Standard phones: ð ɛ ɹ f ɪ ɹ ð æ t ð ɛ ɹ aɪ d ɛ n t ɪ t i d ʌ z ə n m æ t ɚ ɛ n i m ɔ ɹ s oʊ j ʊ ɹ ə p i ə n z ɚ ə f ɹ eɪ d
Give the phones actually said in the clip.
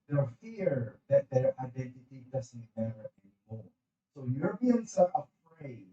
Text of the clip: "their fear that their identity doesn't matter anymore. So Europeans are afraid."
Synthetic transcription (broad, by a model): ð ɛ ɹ f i ɹ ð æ t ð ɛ ɹ aɪ d ɛ n t ɪ t i d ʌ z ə n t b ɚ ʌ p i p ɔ l s oʊ j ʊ ɹ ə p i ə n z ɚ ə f ɹ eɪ